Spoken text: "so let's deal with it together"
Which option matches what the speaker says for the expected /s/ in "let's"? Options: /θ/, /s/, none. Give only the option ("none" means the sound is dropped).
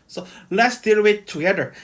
/s/